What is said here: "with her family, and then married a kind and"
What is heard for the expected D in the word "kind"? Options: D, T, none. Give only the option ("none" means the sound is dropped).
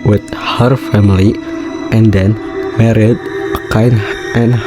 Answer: none